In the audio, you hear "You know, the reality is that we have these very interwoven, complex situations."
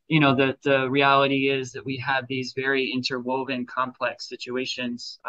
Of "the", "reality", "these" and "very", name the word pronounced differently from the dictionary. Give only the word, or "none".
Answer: none